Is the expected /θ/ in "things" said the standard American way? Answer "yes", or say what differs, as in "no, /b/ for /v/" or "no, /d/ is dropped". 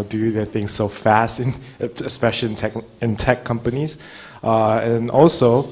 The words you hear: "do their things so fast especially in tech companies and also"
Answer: yes